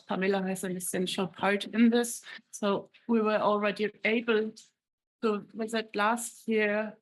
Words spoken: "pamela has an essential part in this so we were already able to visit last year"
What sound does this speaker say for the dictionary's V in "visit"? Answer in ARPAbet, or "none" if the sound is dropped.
W